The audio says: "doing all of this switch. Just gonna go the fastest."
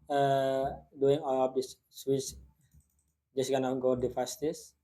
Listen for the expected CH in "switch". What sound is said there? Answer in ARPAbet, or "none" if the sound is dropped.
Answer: S